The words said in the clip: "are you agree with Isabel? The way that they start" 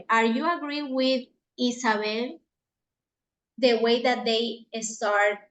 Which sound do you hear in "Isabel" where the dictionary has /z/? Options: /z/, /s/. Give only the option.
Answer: /s/